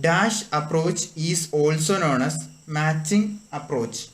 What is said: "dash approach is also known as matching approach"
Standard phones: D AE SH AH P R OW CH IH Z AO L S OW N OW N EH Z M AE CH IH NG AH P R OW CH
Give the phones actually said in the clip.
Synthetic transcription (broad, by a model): D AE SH AH P R OW CH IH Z AO L S OW N OW N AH S M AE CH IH NG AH P R OW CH